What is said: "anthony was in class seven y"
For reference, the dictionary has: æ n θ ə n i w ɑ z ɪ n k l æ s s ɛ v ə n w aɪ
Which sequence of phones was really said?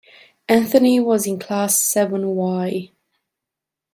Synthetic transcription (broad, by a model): æ n θ ə n i w ɑ z ɪ n k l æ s s ɛ v ə n w aɪ